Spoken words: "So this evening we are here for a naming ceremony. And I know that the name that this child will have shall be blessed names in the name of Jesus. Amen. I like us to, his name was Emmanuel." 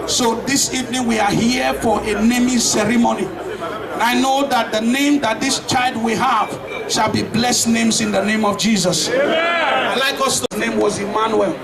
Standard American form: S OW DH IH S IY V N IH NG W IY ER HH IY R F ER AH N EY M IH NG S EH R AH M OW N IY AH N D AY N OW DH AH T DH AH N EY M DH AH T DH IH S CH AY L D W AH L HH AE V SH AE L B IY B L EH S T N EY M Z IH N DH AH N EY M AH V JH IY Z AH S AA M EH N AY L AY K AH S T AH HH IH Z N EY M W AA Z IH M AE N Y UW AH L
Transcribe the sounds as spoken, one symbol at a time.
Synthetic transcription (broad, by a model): S OW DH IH S IY V N IH NG W IY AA HH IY F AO AH N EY M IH S EH R AH M OW N IY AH N AY N OW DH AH T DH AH N EY M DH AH T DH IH S CH AY L D W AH HH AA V SH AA L B IY B L EH S T N EY M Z IH N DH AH N EY M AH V JH IY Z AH S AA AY L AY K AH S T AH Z N EY M W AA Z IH M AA N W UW L